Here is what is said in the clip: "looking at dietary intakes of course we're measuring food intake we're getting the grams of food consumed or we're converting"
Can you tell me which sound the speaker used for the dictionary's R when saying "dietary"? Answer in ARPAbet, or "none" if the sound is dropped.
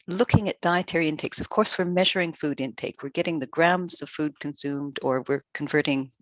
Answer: R